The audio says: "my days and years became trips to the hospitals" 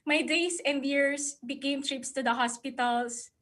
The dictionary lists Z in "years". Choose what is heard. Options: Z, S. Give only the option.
S